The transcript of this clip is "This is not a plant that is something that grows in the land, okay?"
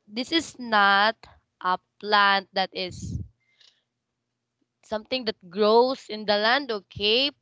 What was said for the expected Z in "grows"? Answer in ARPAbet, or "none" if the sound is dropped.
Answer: S